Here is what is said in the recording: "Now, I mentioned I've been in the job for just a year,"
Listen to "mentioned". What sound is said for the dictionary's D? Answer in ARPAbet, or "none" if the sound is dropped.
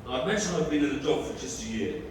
none